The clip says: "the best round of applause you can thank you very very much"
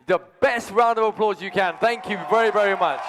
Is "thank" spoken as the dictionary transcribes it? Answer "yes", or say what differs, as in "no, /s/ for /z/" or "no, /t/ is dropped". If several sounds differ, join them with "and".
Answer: yes